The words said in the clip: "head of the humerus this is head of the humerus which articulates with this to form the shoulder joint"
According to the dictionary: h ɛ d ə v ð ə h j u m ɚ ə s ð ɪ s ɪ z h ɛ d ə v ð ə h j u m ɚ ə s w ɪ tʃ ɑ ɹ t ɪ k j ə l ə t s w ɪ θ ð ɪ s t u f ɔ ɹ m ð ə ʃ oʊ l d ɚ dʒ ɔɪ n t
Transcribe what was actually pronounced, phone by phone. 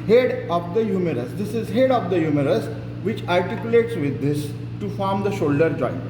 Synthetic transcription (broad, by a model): h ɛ d ə v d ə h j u m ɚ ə s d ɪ s ɪ z h ɛ d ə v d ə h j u m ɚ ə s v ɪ tʃ ɑ ɹ t ɪ k j ə l ə t s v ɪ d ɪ s t u f ɔ ɹ m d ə ʃ oʊ l d ɚ dʒ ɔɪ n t